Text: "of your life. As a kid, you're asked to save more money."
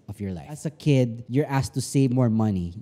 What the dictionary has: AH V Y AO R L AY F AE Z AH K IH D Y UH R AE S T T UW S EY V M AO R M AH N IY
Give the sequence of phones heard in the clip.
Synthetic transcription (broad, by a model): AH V Y AO R L AY AE S AH K IH D Y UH R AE S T T UW S EY V M AO R M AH N IY